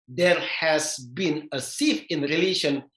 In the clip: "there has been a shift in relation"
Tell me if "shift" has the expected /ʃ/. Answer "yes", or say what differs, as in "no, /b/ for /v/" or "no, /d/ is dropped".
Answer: no, /s/ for /ʃ/